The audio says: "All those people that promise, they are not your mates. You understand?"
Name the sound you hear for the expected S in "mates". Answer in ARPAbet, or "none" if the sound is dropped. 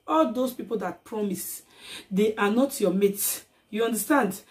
none